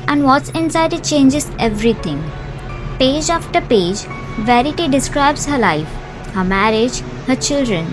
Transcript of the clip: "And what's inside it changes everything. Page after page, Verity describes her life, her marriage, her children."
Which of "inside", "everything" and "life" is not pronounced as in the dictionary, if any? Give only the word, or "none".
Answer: everything